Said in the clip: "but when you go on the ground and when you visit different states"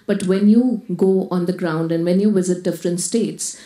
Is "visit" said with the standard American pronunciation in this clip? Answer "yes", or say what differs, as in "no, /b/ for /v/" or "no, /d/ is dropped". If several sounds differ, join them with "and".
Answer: yes